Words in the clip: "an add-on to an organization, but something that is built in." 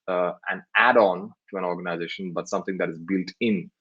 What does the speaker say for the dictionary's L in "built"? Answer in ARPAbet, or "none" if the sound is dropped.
L